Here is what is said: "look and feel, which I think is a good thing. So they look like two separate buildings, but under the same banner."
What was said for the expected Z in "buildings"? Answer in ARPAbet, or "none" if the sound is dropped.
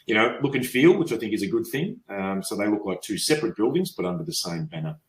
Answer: Z